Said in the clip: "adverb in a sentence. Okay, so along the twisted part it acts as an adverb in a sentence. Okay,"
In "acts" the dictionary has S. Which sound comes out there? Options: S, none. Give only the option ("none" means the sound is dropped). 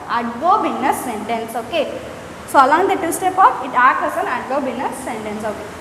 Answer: none